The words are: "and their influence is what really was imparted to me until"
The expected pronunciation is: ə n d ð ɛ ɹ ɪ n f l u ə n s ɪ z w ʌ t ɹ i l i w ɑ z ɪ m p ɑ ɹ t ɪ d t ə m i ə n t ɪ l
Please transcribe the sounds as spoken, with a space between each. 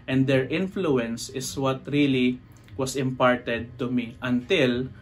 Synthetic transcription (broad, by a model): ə n d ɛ ɹ ɪ n f l u ə n s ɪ s w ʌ t ɹ i l i w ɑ s ɪ m p ɑ ɹ t ɪ d t ə m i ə n t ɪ l